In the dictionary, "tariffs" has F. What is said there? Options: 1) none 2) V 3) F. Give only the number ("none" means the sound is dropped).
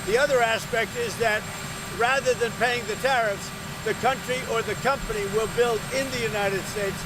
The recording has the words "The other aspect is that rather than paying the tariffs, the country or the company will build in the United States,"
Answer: 3